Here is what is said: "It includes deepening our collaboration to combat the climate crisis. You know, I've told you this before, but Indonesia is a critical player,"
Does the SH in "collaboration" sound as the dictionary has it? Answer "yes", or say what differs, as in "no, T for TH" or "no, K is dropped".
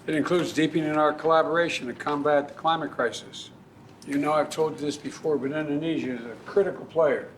yes